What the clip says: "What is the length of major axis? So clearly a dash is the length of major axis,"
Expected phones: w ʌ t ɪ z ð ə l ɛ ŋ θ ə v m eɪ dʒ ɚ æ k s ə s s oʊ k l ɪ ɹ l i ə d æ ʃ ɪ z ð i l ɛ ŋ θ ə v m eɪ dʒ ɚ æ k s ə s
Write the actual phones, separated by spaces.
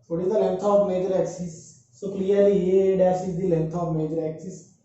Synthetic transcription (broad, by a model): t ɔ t ɪ z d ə l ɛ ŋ t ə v m eɪ dʒ ɚ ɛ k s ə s s oʊ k l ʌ ɹ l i ə d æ s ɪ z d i l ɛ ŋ t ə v m eɪ dʒ ɚ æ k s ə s